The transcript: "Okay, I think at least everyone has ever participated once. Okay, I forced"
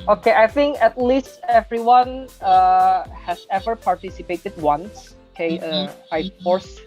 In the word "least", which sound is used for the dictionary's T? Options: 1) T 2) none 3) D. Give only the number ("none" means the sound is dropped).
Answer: 1